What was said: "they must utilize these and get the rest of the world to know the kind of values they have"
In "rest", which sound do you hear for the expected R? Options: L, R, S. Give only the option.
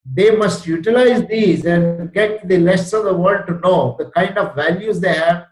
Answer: L